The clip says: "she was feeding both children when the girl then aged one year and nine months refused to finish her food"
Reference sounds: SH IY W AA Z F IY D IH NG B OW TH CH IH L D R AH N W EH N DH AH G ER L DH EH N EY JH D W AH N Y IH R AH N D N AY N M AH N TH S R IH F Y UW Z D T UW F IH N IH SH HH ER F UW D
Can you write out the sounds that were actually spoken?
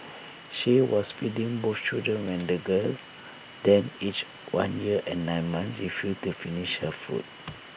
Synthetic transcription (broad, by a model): SH IY W AA S F IY D IH NG B OW F CH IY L D R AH N W EH N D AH G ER L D EH N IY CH W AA N Y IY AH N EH N AY N M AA N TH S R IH F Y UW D T UW F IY N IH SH HH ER F UW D